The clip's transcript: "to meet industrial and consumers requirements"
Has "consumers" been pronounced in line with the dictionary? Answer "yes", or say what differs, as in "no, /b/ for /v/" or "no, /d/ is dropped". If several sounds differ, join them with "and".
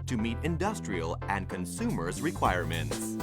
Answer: yes